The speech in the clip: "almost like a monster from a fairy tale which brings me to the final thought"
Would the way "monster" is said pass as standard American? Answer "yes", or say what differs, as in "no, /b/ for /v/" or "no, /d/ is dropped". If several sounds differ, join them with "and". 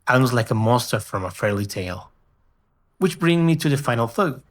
no, /n/ is dropped